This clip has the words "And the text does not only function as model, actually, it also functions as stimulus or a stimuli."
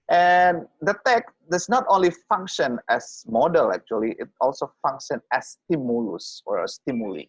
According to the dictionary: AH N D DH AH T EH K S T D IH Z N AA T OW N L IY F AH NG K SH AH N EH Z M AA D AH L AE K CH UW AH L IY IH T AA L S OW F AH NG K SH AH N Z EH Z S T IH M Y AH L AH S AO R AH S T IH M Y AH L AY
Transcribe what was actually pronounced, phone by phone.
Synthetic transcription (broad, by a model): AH N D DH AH T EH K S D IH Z N AA T OW N L IY F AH NG K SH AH N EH S M AA D AH L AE K CH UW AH L IY IH T AA L S OW F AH NG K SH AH N EH S T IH M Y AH L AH S AO R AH S T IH M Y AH L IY